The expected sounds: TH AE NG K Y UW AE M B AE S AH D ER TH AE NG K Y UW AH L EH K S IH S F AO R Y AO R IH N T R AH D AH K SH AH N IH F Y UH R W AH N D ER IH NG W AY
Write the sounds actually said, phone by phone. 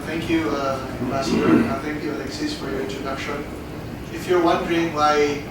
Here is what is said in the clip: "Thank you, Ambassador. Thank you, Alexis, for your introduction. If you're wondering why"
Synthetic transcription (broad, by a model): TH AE NG K Y UW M AE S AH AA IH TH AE NG K Y UW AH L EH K S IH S F AO R Y AO R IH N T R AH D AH K SH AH N IH F Y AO W AH N D ER IH NG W AY